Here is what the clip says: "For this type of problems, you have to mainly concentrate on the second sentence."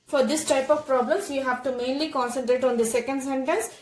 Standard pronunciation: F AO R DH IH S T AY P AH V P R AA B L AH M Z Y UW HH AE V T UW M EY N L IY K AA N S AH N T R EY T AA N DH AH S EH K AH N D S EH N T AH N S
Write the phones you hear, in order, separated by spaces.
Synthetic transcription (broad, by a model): F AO R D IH S T AY P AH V P R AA B L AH M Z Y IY HH AE V T UW M EY N L IY K AA N S AH N T R EY T AA N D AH S EH K AH N D S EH N T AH N S